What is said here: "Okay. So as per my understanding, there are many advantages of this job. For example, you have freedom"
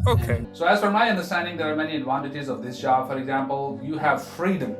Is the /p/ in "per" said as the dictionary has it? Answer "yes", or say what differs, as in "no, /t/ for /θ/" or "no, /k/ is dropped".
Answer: no, /f/ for /p/